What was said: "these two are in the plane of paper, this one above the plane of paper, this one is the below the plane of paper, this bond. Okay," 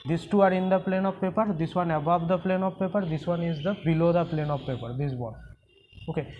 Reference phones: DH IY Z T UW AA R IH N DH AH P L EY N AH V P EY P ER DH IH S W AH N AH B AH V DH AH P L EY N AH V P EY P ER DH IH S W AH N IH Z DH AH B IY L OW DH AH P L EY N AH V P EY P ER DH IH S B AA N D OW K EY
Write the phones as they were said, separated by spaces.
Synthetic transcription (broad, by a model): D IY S T UW AA R IH N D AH P L EY N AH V P EY P ER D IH S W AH N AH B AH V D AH P L EY N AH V P EY P ER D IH S W AH N IH Z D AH B IY L OW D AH P L EY N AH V P EY P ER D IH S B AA D OW K EY